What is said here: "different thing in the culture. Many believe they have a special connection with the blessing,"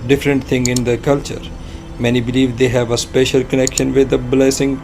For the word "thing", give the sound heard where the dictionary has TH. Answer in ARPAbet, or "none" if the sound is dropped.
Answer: T